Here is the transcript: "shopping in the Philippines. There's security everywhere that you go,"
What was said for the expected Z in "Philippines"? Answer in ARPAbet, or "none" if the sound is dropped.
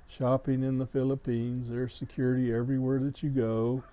Z